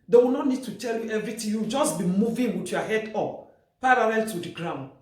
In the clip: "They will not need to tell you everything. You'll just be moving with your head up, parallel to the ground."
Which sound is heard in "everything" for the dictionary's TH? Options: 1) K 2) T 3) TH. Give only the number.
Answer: 2